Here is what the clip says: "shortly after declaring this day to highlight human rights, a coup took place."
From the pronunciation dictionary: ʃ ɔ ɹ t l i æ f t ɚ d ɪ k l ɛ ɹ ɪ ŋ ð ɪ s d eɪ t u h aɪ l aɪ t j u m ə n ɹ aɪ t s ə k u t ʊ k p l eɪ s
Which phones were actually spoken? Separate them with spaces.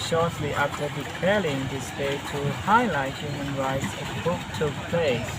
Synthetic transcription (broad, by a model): ʃ ɔ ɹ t l i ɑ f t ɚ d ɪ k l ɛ l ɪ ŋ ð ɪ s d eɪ t u h aɪ l aɪ t j u m ə n ɹ aɪ t s ə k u t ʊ k p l eɪ s